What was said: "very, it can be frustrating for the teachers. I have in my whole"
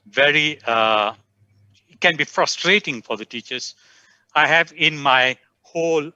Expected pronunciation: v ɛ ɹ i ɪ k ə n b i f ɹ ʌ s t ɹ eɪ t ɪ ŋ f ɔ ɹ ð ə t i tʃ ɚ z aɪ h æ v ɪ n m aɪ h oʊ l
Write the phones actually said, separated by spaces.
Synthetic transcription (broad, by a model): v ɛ ɹ i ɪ k ə n b i f ɹ ʌ s t ɹ eɪ t ɪ ŋ f ɔ ɹ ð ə t i tʃ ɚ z aɪ h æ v ɪ n m aɪ h oʊ l